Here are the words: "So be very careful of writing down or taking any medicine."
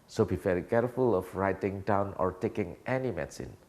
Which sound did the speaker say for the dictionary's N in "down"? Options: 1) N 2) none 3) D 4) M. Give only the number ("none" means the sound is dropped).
1